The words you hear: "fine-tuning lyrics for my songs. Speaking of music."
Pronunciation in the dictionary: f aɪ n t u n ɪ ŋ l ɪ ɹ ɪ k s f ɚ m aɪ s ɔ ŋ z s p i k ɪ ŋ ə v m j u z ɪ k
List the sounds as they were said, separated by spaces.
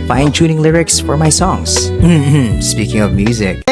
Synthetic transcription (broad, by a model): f aɪ n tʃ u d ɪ ŋ l ɪ ɹ ɪ k s f ɚ m aɪ s ɔ ŋ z s p i k ɪ ŋ ə v m j u z ɪ k